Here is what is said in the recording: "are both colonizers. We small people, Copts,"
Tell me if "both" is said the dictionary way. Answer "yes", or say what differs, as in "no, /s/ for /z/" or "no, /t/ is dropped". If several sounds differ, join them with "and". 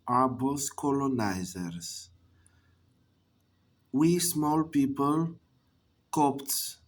no, /s/ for /θ/